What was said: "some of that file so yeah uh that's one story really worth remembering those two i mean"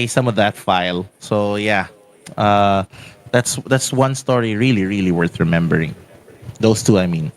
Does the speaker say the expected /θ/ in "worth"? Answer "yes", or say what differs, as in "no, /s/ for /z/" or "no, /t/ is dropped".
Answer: yes